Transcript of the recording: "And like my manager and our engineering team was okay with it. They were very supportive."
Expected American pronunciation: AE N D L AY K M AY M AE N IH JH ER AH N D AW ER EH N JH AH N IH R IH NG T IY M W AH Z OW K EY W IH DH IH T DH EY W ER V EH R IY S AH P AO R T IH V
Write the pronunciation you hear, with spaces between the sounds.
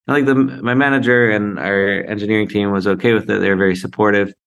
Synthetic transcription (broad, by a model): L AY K M AY M AE N IH JH ER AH N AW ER EH N JH AH N IH R IH NG T IY M W AH Z OW K EY W IH DH IH T DH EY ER V EH R IY S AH P AO R T IH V